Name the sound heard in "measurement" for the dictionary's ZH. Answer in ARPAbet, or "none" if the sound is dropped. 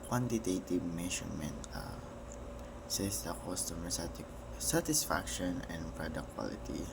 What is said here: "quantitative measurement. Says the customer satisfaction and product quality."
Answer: SH